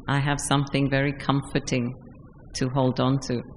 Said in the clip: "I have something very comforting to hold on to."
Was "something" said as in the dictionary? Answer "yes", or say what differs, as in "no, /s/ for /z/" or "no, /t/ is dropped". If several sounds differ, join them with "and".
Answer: yes